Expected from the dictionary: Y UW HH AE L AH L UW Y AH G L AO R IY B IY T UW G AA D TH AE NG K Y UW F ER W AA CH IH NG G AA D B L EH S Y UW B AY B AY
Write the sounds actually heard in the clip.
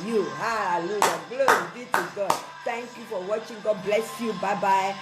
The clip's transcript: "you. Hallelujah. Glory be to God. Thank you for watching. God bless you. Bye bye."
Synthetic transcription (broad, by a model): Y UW HH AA AH L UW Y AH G L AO IY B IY T UW G AA D T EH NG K Y UW F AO W AA CH IH NG G AA D B L EH S Y UW B AY B AY